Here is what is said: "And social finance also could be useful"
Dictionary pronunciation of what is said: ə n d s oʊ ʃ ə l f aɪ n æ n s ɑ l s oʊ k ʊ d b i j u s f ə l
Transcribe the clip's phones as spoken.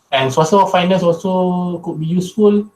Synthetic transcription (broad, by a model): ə n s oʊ s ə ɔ f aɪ n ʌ s ɑ l s oʊ k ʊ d b i j u s f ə l